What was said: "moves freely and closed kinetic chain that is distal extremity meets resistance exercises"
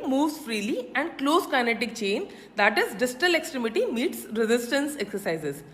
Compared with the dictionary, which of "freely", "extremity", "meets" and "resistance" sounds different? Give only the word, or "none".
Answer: none